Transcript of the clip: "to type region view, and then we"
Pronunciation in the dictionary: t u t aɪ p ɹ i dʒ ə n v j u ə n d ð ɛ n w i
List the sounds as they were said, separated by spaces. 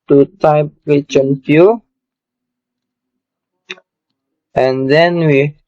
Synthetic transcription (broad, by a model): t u t aɪ p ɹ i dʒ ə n f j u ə n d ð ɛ n w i